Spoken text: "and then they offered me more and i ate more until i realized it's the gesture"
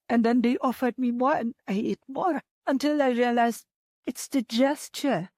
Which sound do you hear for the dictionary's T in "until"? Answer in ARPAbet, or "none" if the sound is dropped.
T